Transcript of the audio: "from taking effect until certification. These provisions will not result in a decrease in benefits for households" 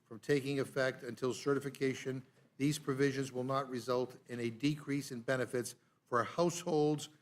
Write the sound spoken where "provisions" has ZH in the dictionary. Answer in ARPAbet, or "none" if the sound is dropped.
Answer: ZH